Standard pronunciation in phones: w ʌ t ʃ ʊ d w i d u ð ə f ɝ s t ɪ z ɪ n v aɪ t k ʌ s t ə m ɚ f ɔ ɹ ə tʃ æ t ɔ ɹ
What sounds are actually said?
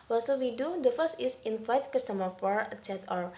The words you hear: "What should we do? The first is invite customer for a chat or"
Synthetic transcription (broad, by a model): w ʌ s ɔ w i d u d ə f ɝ s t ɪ s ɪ n f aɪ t k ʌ s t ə m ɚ f ɔ ɹ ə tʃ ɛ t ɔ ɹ